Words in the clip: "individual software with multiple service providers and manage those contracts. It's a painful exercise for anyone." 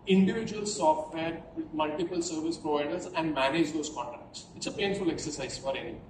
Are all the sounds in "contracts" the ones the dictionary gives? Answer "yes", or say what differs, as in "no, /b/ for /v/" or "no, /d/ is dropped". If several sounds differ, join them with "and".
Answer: no, /ɹ/ is dropped